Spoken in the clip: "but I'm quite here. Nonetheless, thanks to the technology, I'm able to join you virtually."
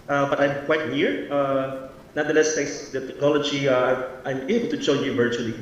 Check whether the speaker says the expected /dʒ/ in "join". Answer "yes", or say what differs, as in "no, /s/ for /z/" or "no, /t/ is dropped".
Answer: no, /tʃ/ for /dʒ/